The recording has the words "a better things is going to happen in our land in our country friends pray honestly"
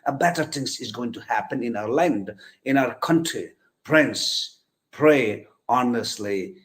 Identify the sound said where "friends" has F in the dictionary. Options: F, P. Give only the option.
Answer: P